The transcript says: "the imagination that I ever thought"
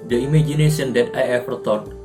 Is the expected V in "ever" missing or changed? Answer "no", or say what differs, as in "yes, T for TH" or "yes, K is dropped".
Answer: yes, F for V